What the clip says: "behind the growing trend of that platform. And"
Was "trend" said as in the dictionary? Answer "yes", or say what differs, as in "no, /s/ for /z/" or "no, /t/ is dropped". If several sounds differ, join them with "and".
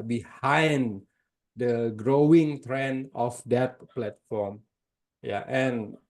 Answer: no, /d/ is dropped